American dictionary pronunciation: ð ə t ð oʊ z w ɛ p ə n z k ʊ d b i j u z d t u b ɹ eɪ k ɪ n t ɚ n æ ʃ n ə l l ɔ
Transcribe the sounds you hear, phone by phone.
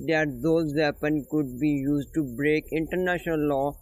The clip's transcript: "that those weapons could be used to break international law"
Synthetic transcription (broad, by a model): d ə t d oʊ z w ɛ p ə n k ʊ d b i j u z d t u b ɹ eɪ k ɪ n t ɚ n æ ʃ n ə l l ɔ